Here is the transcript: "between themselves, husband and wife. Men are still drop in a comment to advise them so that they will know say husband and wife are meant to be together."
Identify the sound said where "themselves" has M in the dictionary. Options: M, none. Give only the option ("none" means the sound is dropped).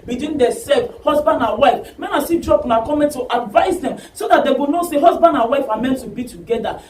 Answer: none